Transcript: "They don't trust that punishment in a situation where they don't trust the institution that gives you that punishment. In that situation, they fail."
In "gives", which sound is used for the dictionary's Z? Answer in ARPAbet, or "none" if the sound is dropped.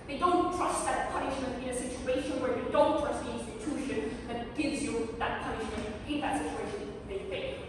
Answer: Z